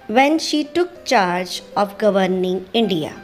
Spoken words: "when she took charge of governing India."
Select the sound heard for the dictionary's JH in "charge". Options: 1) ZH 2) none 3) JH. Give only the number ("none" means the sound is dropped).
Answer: 3